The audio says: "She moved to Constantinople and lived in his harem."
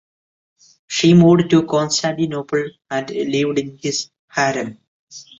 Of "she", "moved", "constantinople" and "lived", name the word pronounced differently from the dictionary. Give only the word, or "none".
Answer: moved